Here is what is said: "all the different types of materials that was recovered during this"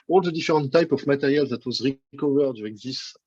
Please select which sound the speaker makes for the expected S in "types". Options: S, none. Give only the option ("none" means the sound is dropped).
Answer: none